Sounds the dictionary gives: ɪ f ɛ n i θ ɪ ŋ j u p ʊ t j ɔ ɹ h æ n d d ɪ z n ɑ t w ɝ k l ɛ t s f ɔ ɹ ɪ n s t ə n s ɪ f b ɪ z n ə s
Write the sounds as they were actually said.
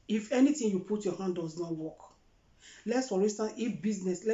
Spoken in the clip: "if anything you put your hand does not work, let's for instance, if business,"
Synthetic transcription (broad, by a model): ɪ f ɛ n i t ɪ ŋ j u p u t j ɔ h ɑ n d d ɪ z n ɑ t w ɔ k l ɛ t s f ɔ ɹ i s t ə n ɪ f b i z n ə s